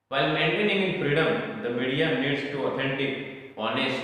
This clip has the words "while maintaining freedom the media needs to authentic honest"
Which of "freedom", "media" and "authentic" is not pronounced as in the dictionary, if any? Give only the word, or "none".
authentic